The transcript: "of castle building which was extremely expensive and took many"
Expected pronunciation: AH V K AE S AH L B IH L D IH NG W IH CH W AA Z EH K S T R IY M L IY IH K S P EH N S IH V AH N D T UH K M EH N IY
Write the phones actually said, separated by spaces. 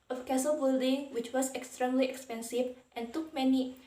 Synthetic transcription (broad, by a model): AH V K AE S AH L B IH L D IH NG W IH CH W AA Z EH K S T R IY M L IY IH K S P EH N S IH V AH N T UH K M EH N IY